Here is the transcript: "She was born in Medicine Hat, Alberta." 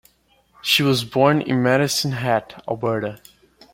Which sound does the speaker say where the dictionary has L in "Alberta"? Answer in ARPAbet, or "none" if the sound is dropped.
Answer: none